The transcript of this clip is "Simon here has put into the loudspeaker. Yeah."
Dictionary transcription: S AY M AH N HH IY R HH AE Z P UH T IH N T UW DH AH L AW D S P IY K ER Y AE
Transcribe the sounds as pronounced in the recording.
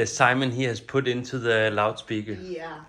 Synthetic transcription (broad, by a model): S AY M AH N HH IY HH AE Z P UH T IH N S UW DH AH L AW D S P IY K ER